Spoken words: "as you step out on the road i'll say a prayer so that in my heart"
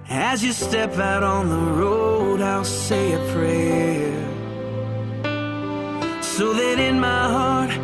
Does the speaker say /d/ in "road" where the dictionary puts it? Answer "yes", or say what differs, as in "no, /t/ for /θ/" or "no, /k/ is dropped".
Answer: yes